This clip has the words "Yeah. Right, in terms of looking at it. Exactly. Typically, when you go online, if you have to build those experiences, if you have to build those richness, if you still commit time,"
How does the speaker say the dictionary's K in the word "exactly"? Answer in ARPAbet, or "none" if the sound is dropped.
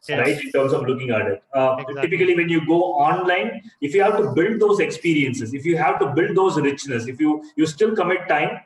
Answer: none